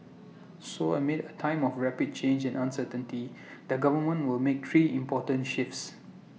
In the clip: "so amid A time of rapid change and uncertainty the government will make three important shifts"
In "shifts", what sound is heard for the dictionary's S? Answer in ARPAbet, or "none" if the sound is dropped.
S